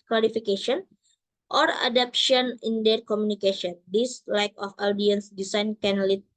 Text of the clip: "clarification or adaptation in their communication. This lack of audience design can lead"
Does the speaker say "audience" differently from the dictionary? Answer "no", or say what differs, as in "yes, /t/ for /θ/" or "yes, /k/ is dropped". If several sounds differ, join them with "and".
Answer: no